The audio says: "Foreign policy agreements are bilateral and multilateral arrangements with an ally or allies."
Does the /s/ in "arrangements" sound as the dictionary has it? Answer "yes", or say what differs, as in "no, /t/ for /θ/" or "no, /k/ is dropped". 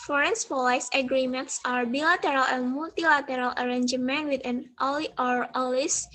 no, /s/ is dropped